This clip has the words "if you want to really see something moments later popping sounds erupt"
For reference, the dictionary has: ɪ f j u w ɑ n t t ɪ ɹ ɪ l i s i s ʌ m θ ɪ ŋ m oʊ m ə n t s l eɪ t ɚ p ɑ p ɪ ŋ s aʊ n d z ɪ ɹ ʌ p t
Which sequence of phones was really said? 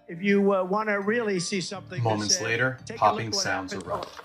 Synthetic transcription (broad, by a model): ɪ f j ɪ w ɑ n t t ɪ ɹ ɪ l i s i s ʌ m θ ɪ m oʊ m ə n t s l eɪ t ɚ p ɑ p ɪ ŋ s aʊ n d z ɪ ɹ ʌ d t